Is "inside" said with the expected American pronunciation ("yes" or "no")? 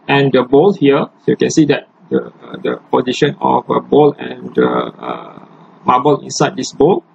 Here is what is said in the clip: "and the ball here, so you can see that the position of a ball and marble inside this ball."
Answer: yes